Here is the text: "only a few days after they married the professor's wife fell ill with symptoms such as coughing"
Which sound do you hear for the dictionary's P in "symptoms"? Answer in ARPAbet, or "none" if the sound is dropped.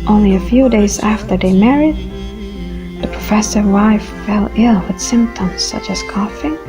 P